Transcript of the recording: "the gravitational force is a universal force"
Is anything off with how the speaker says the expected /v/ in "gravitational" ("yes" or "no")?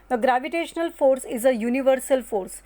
no